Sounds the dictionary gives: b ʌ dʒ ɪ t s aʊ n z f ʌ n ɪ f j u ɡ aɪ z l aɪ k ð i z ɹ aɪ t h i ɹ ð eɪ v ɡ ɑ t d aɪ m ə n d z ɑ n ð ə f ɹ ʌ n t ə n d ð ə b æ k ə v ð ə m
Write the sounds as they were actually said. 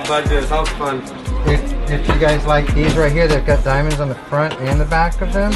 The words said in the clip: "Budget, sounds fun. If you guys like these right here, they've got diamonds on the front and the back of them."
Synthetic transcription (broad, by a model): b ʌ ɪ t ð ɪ z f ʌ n ɪ f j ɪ ɡ aɪ z l aɪ k ð i z ɹ aɪ t h i ɹ ð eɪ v ɡ ɑ t d aɪ m ə n d z n ð ə f ɹ ʌ n t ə n ð ə b æ k ə v ð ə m